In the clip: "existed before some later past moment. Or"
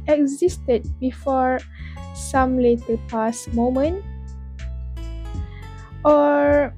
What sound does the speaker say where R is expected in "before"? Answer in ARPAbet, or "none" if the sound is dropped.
R